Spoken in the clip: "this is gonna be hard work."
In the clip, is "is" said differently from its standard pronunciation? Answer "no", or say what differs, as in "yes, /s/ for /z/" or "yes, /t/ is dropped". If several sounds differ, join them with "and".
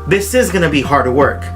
no